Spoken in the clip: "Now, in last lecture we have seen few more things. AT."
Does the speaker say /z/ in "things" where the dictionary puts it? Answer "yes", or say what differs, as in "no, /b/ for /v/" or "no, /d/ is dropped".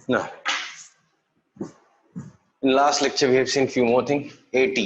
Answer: no, /z/ is dropped